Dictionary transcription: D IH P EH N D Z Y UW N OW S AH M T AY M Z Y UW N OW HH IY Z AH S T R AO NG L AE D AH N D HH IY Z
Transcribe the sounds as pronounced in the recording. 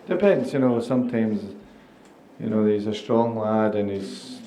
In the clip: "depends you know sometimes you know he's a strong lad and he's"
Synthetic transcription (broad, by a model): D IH P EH N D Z Y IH N OW S AH M T AY M Z Y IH N OW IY Z AH S T R AO NG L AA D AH N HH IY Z